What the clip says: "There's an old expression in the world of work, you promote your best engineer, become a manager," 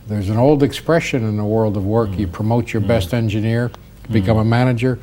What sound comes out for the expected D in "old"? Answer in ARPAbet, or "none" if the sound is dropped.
D